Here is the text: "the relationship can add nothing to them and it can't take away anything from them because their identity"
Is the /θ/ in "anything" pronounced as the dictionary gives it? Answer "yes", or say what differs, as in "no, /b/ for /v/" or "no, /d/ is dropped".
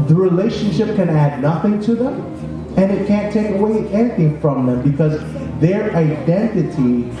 yes